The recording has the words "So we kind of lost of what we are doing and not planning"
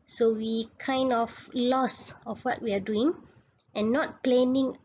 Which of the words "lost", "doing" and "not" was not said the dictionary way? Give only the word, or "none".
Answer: lost